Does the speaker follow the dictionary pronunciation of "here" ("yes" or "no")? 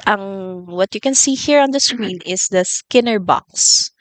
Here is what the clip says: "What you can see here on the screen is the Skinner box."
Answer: yes